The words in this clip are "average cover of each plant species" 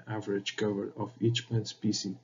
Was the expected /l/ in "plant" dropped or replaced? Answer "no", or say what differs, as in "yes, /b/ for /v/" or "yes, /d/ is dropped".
yes, /l/ is dropped